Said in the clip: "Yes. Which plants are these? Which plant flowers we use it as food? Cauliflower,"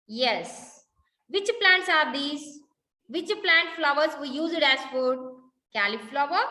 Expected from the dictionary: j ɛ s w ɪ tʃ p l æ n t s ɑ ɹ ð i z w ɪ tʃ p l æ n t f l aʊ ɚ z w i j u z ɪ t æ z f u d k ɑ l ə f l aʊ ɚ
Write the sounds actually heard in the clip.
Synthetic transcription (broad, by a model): j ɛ s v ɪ tʃ p l æ n t s ɑ ɹ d i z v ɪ tʃ p l æ n t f l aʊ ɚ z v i j u z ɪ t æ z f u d k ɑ l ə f l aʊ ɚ